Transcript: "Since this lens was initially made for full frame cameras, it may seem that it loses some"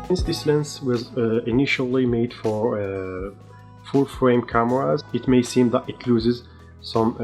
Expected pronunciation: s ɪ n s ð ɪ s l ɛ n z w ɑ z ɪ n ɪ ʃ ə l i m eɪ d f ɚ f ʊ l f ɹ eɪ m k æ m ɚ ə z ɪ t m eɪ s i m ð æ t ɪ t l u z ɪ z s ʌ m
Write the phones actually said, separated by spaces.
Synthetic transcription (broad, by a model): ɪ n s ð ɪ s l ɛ n s w ɑ z ɪ n ɪ ʃ ə l i m eɪ d f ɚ f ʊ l f ɹ eɪ m k æ m ɚ ə z ɪ t m eɪ s i m ð æ t ɪ t l u z ɪ z s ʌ m